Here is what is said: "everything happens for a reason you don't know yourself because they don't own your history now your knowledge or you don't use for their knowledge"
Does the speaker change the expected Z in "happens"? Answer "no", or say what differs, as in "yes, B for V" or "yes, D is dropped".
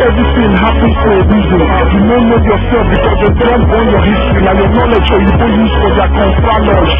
yes, Z is dropped